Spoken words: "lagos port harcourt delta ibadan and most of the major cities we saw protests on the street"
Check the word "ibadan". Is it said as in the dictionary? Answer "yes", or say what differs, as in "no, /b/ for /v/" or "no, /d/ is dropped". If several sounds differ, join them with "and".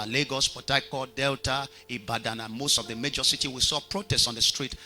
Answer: yes